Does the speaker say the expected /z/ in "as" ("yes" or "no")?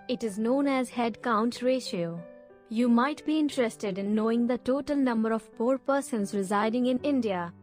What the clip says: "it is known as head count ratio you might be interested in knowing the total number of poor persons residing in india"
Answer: yes